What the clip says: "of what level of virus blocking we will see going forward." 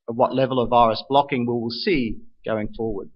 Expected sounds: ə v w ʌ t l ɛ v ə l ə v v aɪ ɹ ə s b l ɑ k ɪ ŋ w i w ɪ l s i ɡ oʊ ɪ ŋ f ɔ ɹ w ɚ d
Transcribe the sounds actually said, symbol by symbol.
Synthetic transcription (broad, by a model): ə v w ʌ t l ɛ v ə l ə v v aɪ ɹ ə s b l ɑ k ɪ ŋ w i w ɪ l s i ɡ oʊ ɪ ŋ f ɔ ɹ w ɚ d